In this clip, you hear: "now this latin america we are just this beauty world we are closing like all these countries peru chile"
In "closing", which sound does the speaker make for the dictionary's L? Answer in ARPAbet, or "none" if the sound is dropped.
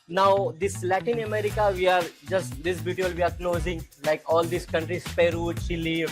N